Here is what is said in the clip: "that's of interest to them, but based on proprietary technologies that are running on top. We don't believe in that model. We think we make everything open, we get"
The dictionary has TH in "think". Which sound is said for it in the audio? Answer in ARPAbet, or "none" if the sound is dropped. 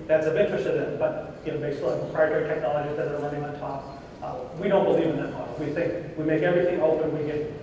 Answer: TH